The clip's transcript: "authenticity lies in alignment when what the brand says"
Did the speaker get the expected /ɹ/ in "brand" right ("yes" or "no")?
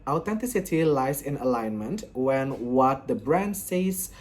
yes